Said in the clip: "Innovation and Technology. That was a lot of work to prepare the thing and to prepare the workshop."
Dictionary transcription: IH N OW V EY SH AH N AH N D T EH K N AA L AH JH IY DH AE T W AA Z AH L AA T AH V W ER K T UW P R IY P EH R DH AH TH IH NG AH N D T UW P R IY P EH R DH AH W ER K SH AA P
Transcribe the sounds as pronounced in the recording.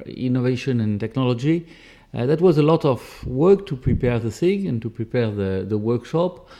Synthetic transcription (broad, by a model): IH N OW V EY SH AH N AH N T EH K N AA L AH JH IY DH AE T W AA Z AH L AA T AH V W ER K T UW P R IY P EH R DH AH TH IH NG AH N T UW P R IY P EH R DH AH W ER K SH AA P